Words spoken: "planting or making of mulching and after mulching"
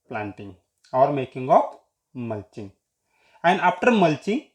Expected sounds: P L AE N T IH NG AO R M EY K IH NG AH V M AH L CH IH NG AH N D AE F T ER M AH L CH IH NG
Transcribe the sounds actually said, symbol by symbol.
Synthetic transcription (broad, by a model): P L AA N T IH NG AO R M EY K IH NG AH P M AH L CH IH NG AH N D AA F T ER M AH L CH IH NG